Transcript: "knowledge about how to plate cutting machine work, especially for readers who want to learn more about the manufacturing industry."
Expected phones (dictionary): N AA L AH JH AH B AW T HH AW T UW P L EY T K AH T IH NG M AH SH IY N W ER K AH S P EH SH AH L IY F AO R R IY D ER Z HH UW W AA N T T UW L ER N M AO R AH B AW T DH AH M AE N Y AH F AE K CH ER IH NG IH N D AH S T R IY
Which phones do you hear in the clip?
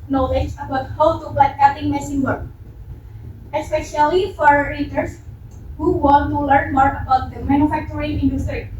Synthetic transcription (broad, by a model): N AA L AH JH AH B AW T HH AW T UW B L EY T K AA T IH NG M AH S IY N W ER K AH S P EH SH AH L IY F AO R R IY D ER S HH UW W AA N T T UW L ER N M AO R AH B AW T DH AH M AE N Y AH F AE K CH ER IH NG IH N D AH S T R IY